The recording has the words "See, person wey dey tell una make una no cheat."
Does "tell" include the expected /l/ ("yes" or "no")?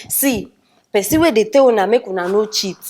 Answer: no